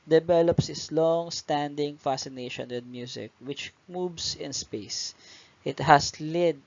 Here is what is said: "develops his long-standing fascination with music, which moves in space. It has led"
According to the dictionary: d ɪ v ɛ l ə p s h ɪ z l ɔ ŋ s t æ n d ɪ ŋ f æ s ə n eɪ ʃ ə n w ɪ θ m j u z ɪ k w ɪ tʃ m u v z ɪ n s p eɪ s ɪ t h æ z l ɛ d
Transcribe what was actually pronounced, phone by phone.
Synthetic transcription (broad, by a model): d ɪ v ɛ l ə p s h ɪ s l ɔ ŋ s t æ n d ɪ ŋ f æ s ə n eɪ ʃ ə n w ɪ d m j u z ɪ k w ɪ tʃ m u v s ɪ n s p eɪ s ɪ t h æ s l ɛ d